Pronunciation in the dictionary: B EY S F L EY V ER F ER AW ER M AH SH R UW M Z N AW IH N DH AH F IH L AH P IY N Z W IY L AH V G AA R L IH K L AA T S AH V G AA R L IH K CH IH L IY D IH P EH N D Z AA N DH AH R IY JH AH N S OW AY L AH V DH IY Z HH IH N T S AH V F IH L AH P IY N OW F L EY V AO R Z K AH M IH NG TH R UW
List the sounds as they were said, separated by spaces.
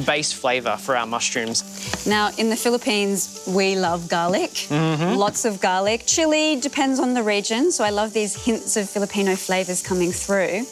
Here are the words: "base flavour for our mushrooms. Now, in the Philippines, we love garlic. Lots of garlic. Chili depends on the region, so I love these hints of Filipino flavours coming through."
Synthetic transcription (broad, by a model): B EY S F L EY V ER F ER AW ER M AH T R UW M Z N AW IH N DH AH F IH L AH P IY N Z W IY L AH V G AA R L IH K L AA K S AH V G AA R L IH K CH IH L IY D IH P EH N D Z N DH AH R IY JH AH N S OW AY L AH V DH IY Z HH IH N T S AH V F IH L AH P IY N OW F L EY V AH R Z K AH M IH NG TH R UW